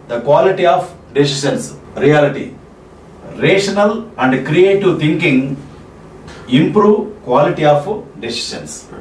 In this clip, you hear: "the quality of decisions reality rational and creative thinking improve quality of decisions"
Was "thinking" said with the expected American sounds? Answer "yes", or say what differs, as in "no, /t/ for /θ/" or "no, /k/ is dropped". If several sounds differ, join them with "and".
no, /t/ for /θ/